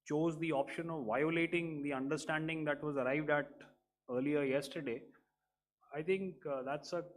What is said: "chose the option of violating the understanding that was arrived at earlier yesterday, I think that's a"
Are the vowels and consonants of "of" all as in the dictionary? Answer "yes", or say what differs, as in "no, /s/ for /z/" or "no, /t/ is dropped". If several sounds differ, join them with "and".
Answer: yes